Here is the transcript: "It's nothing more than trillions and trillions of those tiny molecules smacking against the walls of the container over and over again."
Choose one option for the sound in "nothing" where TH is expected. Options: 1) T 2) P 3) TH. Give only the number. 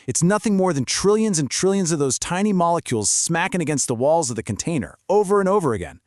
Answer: 3